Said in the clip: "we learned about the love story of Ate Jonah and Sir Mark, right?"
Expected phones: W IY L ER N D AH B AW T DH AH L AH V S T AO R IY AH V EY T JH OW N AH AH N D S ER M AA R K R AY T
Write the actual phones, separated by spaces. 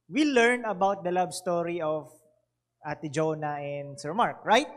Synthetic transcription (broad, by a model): W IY L ER N AH B AW T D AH L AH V S T AO R IY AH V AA T JH OW N AH AH N D S ER M AA R K R AY T